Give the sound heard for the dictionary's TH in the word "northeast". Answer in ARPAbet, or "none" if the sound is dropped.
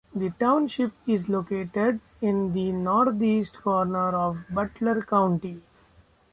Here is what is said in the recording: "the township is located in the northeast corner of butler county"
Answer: T